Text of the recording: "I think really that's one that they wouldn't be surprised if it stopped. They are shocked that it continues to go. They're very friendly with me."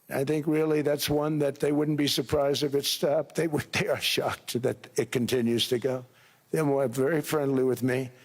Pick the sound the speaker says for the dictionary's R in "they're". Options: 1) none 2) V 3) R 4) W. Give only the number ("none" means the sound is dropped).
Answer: 4